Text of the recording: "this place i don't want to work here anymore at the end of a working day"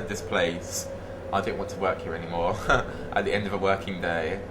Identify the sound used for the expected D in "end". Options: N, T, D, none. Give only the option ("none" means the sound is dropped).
D